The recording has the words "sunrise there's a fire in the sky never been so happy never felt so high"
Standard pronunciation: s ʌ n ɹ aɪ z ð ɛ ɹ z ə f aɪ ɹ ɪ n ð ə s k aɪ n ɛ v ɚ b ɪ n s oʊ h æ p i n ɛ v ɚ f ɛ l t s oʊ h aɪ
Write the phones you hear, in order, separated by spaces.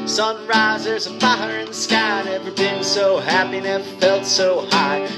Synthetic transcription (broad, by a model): s ʌ n ɹ aɪ z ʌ ɹ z ə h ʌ ɹ ɪ n ð ə s k aɪ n ɛ v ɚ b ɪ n s oʊ h æ p i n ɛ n f ɛ l t s oʊ h aɪ